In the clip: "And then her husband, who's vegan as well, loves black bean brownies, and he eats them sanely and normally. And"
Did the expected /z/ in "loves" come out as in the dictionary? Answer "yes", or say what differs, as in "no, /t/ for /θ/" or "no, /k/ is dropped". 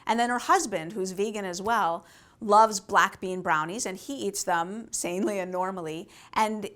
yes